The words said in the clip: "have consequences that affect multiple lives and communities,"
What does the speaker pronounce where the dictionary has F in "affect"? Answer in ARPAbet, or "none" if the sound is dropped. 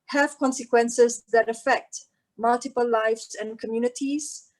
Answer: F